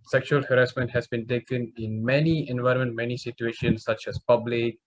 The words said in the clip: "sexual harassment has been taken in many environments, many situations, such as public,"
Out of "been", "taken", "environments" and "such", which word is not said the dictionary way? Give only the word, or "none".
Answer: environments